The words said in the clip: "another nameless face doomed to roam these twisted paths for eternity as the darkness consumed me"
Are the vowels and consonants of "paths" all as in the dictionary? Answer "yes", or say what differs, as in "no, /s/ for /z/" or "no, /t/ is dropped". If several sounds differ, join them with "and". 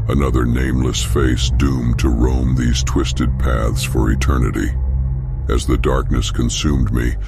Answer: yes